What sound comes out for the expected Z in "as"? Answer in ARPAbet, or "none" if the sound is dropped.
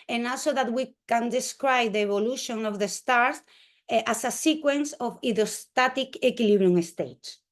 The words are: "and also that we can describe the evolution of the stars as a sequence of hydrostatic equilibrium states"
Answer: S